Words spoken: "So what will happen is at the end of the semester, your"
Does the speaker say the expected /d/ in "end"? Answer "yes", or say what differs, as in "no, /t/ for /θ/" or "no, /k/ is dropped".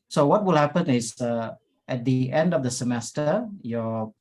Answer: yes